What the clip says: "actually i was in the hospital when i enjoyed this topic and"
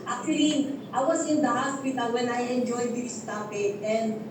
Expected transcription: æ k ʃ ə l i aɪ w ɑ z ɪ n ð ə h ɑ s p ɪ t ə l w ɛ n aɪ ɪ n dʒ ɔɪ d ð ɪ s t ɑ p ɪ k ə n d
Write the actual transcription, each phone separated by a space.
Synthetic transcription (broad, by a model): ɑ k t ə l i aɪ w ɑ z ɪ n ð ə h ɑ s p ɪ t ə l w ɛ n aɪ ɪ n dʒ ɔɪ d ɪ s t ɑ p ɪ ə n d